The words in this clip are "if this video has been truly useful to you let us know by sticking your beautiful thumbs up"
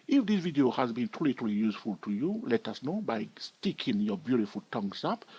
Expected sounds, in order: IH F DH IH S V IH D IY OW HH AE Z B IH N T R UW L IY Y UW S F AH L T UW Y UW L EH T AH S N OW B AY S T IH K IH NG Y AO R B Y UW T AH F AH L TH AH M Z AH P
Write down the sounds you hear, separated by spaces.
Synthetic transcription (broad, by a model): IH F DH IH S V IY D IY OW HH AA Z B IH N T L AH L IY Y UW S F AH L T UW Y UW L EH T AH S N OW B AY S T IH K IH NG Y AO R B Y UW T AH F AH L T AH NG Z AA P